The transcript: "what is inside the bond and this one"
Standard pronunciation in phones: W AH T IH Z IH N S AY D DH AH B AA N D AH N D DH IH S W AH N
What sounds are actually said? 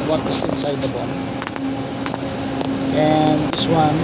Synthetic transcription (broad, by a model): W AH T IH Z IH N S AY D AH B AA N AH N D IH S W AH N